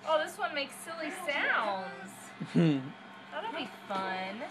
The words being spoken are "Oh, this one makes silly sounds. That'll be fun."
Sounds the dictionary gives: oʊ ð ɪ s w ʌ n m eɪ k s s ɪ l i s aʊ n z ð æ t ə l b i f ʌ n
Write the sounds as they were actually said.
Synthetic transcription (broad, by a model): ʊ ð ɪ s w ʌ n m eɪ k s s ɪ l i s aʊ n z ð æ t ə n b i f ʌ n